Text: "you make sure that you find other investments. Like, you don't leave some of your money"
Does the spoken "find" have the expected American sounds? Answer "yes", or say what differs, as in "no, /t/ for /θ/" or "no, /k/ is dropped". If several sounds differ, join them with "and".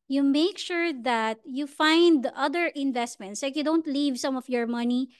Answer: yes